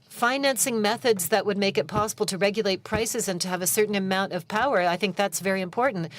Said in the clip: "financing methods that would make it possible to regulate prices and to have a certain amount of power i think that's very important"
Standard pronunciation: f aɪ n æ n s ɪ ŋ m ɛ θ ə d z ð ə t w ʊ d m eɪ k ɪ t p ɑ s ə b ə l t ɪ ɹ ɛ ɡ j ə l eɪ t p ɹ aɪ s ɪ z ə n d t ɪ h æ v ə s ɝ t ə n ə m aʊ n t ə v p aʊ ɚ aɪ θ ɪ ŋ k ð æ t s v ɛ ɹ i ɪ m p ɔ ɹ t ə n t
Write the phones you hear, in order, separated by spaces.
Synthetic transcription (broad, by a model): f aɪ n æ n s ɪ ŋ m ɛ θ ə d z ð ə t w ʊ d m eɪ k ɪ t p ɑ s ə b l t ɪ ɹ ɛ ɡ j ə l eɪ t p ɹ aɪ s ɪ z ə n t ɪ v ə s ɝ t n ə m aʊ n t ə v p aʊ ɚ aɪ θ ɪ ŋ k ð æ t s v ɛ ɹ i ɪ m p ɔ ɹ t n t